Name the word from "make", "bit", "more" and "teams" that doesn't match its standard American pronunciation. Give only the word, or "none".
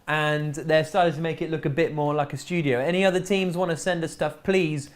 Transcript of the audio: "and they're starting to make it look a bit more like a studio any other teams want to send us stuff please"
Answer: none